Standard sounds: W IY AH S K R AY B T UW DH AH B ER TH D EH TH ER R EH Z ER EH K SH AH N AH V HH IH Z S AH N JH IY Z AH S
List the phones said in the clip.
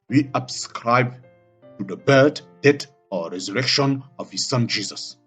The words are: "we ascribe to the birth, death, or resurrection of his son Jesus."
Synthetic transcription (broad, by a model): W IY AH S K R AY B T UW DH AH B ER T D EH T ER R EH Z ER EH K SH AH N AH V HH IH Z S AH N JH IY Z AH S